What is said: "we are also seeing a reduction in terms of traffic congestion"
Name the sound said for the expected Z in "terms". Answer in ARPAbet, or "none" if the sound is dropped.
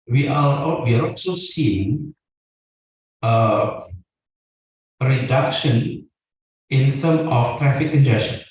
none